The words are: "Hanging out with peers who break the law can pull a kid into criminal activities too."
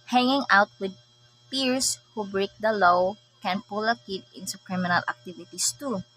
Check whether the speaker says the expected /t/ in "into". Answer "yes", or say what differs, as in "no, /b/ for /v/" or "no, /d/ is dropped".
no, /s/ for /t/